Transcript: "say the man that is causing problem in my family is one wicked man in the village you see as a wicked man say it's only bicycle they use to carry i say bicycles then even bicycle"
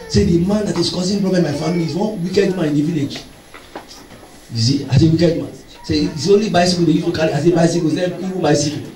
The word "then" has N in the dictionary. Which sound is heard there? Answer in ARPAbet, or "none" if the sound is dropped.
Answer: none